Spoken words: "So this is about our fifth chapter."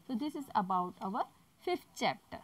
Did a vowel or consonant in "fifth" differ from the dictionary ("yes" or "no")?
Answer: yes